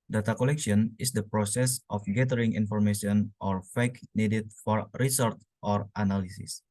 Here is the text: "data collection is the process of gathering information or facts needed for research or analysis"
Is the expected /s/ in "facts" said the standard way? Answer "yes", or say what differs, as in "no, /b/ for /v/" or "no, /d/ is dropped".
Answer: no, /s/ is dropped